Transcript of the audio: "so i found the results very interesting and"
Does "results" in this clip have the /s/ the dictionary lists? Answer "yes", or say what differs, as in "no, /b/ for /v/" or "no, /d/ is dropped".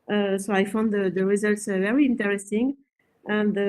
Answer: yes